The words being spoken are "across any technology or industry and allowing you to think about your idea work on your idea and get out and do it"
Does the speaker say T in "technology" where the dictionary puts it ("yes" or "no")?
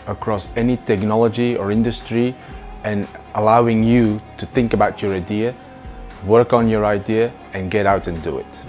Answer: yes